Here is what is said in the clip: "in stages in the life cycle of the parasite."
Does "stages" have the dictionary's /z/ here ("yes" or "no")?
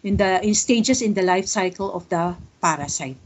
no